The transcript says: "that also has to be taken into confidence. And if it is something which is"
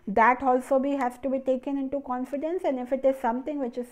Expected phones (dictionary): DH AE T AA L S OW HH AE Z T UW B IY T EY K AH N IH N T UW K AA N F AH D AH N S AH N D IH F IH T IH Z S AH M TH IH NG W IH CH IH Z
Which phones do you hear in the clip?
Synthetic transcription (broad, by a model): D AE T AA L S OW HH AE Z T UW B IY T EY K AH N IH N T UW K AA N F AH D AH N S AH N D IH F IH T IH Z S AH M T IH NG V IH CH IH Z